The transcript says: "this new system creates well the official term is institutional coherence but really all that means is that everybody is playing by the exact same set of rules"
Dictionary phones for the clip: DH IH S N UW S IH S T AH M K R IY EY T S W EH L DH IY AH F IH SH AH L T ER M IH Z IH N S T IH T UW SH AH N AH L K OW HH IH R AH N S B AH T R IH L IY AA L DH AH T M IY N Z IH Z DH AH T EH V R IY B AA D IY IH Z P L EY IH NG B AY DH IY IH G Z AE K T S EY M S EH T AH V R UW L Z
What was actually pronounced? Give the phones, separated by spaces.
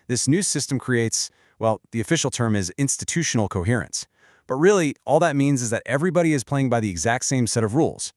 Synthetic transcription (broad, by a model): DH IH S N UW S IH S T AH M K R IY EY T S W EH L DH IY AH F IH SH L T ER M IH Z IH N S T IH T UW SH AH N L K OW HH IH R AH N S B AH T R IH L IY AA L DH AH T M IY N Z IH Z DH AH T EH V R IY B AA D IY IH Z P L EY IH NG B AY DH IY IH G Z AE K T S EY M S EH T AH V R UW L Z